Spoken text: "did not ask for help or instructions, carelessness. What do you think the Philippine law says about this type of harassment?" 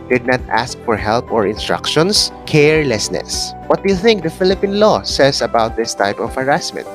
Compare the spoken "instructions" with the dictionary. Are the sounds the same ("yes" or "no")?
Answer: no